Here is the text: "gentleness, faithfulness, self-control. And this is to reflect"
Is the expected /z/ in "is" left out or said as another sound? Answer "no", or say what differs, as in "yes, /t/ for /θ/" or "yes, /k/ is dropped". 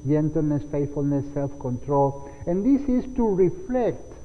yes, /s/ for /z/